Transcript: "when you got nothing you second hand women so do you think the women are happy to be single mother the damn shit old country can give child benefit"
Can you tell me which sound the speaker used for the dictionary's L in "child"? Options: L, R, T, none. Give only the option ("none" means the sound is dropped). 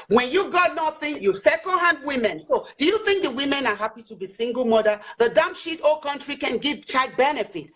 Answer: none